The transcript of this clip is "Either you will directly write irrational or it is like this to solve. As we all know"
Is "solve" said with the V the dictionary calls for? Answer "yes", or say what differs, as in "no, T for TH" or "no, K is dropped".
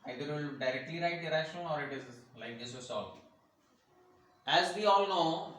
no, V is dropped